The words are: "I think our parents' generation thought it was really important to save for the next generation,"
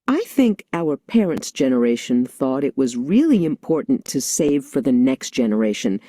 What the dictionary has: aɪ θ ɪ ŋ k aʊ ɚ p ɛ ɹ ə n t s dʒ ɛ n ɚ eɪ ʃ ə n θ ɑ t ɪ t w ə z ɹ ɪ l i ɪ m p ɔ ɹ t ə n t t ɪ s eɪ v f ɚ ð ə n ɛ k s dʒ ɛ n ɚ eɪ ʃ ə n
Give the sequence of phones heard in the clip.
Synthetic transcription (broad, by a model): aɪ θ ɪ ŋ k aʊ ɚ p ɛ ɹ ə n t s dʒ ɛ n ɚ eɪ ʃ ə n θ ɑ t ɪ t w ə z ɹ ɪ l i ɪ m p ɔ ɹ t n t t ɪ s eɪ v f ɚ ð ə n ɛ k s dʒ ɛ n ɚ eɪ ʃ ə n